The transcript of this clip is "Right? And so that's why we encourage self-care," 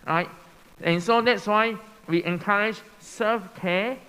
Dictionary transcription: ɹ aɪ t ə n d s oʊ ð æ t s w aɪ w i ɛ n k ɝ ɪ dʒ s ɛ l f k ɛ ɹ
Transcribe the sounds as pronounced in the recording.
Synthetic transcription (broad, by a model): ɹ aɪ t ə n s oʊ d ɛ t s w aɪ w i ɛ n k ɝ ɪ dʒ s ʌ f k ɛ